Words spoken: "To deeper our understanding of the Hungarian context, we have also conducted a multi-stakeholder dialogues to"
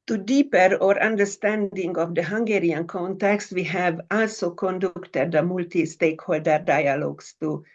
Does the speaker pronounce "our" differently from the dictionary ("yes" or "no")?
no